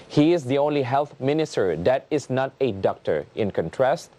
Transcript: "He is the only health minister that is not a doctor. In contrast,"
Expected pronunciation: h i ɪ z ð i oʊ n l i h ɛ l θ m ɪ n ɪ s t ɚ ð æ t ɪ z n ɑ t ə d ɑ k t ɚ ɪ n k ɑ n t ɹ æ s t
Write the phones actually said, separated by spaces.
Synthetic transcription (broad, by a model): h i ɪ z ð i oʊ n l i h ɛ l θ m ɪ n ɪ s t ɚ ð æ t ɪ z n ɑ t ə d ɑ k t ɚ ɪ n k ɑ n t ɹ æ s t